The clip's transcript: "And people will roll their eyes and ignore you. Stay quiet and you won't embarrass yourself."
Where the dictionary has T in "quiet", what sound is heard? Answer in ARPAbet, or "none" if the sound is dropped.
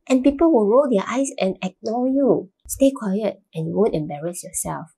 T